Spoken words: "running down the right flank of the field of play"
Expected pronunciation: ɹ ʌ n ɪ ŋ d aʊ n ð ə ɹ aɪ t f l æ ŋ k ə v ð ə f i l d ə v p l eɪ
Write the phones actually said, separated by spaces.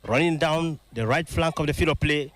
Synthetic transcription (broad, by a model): ɹ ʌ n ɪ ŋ d aʊ n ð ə ɹ aɪ t f l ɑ ŋ k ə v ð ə f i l ə p l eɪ